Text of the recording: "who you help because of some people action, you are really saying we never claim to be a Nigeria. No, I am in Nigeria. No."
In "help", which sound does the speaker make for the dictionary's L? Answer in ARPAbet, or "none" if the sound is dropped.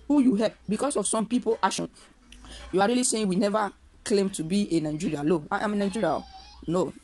none